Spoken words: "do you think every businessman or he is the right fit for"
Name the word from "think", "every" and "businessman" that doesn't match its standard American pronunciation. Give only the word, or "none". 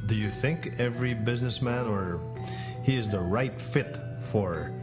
none